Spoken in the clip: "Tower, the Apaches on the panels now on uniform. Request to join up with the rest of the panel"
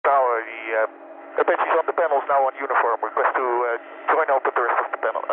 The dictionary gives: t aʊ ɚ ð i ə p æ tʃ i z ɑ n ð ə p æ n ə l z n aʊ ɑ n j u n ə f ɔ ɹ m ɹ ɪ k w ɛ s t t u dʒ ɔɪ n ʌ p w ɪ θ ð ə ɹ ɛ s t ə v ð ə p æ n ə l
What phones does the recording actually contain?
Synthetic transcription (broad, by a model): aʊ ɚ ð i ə b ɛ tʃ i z ɑ n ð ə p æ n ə l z n aʊ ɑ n j u n ə f ɔ ɹ m w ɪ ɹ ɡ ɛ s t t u dʒ ɔɪ n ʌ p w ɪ ð ə ɹ ɛ s t ə v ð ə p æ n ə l